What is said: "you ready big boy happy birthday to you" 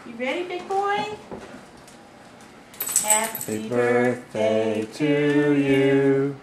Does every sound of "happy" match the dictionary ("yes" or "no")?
no